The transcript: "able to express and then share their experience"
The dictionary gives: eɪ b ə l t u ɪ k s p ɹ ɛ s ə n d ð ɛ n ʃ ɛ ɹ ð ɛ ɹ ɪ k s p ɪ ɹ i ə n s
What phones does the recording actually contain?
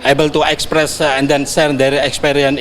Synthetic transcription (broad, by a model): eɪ b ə l t u ɪ k s p ɹ ɛ s ə n d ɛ n s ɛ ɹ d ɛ ɹ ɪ k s p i ɹ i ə n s